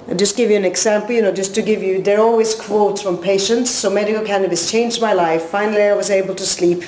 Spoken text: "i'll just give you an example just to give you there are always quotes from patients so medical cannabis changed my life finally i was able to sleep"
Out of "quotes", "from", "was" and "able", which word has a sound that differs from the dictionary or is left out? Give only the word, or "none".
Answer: none